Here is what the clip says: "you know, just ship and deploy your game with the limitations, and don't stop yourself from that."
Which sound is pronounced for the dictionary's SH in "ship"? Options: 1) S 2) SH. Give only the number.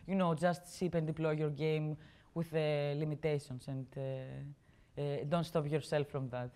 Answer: 1